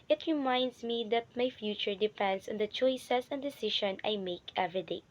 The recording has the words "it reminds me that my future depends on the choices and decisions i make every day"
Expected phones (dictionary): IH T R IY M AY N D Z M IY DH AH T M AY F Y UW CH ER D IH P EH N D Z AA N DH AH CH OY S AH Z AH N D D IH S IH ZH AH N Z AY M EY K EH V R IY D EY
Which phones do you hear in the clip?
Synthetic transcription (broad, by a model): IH T R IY M AY N D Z M IY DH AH T M AY F Y UW CH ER D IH P EH N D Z AA N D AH CH OY S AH S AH N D D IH S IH SH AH N AY M EY K EH V R IY D EY